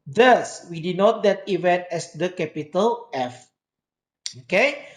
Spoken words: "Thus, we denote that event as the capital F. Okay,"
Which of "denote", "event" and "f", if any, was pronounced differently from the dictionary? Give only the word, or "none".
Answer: none